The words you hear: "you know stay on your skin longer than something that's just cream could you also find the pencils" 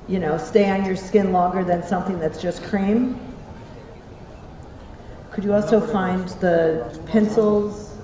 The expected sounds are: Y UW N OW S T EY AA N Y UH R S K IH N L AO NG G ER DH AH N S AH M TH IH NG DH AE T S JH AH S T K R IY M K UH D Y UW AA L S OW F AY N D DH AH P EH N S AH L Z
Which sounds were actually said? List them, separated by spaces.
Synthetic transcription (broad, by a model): Y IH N OW S T EY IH N Y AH R S K IH N L AO NG G ER DH AH N S AH M TH IH NG DH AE T S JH AH S K R IY M K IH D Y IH AA L S OW F AY N DH AH P EH N S L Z